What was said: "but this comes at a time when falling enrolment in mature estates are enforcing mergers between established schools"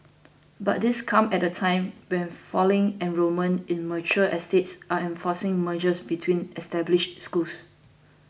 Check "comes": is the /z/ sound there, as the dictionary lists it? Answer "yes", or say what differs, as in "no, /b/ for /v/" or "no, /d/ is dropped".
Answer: no, /z/ is dropped